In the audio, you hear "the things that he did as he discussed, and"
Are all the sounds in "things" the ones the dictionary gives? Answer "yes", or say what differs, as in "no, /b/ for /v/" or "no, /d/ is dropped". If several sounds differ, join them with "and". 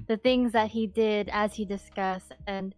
yes